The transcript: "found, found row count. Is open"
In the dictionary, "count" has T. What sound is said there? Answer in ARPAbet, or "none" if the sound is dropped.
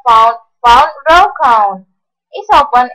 none